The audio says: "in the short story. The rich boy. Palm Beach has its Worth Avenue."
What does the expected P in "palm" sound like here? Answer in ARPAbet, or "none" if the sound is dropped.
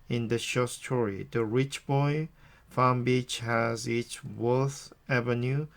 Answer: F